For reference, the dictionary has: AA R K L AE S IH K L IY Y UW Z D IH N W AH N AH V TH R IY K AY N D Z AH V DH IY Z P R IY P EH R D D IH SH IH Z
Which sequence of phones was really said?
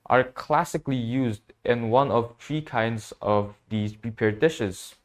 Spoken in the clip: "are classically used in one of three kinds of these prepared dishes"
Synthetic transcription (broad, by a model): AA R K L AE S IH K L IY Y UW Z D IH N W AH N AH V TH R IY K AY N D Z AH V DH IY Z P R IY P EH R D D IH SH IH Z